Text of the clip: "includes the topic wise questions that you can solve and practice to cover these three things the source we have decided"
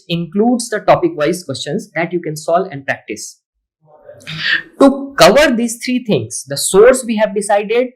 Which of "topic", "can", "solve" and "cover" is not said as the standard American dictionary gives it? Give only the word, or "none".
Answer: solve